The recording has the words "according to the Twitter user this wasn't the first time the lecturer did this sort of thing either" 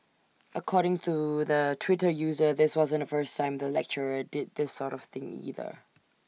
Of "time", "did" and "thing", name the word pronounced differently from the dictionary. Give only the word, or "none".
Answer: none